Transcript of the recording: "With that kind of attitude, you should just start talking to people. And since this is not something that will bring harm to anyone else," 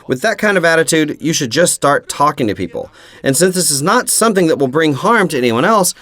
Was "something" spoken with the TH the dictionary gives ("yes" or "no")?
yes